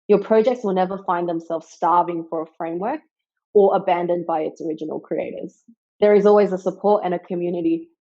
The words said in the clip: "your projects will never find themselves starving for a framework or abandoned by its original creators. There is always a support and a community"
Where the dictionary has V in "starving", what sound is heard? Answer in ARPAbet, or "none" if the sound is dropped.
V